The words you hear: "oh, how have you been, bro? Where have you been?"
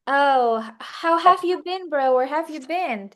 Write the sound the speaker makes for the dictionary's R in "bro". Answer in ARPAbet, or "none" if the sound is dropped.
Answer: R